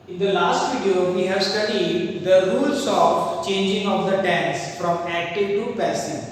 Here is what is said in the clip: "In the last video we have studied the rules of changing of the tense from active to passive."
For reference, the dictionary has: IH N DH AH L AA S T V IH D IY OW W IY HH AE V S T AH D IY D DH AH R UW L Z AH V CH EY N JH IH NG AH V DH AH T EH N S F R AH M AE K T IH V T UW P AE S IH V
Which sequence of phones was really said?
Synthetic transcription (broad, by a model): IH N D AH L AA S T F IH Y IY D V IY HH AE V S T AH D IY D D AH R UW L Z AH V CH EY N JH IH NG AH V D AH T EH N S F R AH M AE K T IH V T UW P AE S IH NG